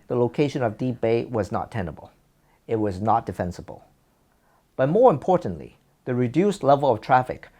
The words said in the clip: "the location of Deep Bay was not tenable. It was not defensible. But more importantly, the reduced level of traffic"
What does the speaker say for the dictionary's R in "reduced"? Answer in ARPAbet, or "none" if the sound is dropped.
R